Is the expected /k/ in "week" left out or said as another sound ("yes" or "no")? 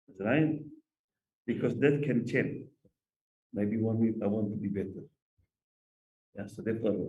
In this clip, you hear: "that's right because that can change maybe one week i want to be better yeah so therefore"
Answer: yes